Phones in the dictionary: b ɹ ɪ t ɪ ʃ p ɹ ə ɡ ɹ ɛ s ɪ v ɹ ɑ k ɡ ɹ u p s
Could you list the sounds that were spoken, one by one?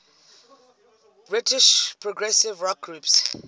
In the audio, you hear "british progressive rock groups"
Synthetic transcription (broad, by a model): b ɹ ɪ t ɪ ʃ p ɹ ə ɡ ɹ ɛ s ɪ v ɹ ɑ k ɡ ɹ u p s